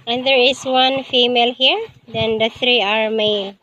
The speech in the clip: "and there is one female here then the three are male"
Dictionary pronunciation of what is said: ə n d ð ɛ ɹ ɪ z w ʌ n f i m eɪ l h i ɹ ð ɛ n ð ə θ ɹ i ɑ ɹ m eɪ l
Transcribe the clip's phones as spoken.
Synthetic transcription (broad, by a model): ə n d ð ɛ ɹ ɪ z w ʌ n f i m eɪ l h i ɹ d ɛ n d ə t ɹ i ɑ ɹ m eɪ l